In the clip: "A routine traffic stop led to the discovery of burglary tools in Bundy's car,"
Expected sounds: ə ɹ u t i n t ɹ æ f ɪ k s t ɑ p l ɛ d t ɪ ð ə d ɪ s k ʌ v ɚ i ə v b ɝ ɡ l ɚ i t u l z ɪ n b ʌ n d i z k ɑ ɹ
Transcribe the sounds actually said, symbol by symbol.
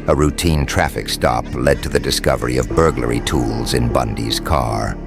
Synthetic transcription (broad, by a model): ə ɹ u t i n t ɹ æ f ɪ k s t ɑ p l ɛ d t ɪ ð ə d ɪ s k ʌ v ɚ i ə v b ɝ ɡ l ɚ i t u l z ɪ n b ʌ n d i z k ɑ ɹ